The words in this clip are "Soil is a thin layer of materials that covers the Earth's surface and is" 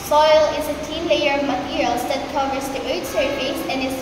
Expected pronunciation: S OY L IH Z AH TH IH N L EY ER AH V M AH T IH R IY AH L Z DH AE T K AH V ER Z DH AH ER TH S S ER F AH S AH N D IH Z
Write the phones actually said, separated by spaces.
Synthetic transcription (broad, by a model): S OY L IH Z AH T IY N L EY ER AH V M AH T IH R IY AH L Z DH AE T K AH V ER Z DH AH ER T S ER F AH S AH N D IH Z